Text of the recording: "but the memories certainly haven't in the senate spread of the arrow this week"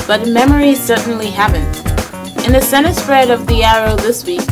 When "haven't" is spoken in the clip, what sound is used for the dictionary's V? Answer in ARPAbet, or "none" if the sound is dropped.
P